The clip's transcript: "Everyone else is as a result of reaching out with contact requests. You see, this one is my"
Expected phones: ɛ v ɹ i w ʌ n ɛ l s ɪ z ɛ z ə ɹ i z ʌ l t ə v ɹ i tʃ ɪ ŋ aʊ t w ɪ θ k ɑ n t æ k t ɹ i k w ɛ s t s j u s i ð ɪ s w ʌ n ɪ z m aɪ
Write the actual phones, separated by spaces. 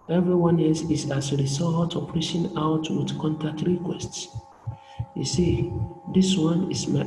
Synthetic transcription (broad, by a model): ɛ v ɹ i w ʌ n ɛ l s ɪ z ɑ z ə ɹ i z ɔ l t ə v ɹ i ʃ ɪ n aʊ t w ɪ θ k ɑ n t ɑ k t ɹ i k w ɛ s t s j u s i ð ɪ s w ʌ n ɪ s m aɪ